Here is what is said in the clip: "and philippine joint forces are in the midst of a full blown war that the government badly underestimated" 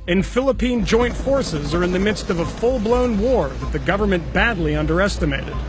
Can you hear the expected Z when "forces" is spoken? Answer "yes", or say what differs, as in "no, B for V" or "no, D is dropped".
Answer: yes